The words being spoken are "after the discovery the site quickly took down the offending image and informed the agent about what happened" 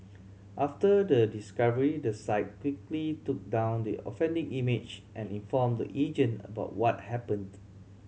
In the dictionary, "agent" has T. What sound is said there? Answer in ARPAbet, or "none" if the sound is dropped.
none